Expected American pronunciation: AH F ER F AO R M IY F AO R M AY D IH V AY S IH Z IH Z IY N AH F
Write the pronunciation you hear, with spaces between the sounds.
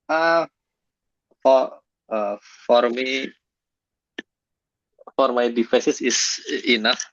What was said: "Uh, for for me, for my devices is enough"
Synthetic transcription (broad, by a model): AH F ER F AO R M IY F AO R M AY D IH F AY S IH S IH S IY N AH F